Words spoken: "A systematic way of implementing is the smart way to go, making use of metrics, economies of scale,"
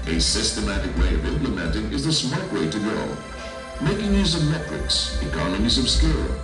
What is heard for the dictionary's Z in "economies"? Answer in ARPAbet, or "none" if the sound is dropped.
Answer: Z